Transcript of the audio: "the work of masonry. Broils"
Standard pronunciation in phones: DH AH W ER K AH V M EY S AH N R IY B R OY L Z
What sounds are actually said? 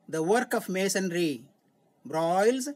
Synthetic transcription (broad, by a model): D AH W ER K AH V M EY S AH N R IY B R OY L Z